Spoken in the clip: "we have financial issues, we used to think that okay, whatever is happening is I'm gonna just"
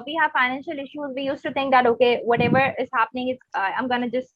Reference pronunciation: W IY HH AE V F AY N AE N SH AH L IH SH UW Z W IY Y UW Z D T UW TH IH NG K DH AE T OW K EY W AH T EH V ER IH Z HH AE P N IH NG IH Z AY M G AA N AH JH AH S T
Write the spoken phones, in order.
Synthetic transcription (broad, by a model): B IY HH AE F AY N AE N SH AH L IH SH UW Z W IY Y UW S T UW T IH NG K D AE T OW K EY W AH T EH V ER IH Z HH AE P N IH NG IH S AY M G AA N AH JH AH S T